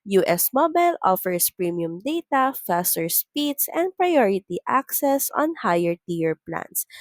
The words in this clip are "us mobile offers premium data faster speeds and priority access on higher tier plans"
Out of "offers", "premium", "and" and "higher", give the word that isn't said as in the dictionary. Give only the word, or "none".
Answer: offers